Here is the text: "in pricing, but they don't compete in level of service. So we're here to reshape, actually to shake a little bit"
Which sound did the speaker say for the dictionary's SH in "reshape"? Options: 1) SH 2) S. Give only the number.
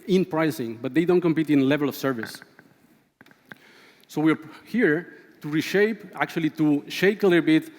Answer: 1